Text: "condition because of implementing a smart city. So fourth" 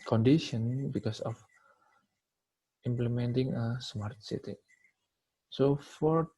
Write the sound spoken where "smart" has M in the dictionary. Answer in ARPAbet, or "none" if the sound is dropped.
M